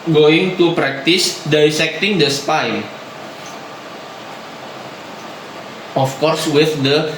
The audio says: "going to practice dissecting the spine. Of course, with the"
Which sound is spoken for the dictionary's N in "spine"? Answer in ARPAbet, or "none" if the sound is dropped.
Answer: none